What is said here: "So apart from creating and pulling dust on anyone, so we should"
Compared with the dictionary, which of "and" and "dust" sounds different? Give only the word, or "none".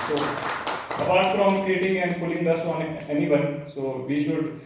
dust